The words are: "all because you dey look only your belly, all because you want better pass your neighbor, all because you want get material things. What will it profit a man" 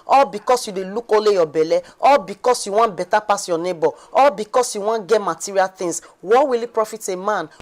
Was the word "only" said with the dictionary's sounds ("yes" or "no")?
no